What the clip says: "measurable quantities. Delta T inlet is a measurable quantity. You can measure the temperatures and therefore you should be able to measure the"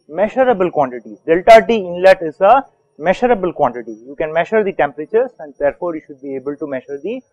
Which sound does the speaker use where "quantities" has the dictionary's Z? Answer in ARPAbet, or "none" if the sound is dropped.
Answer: none